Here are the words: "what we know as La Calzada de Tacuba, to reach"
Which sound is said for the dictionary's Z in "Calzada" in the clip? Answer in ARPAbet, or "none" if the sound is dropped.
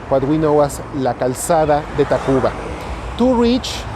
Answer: S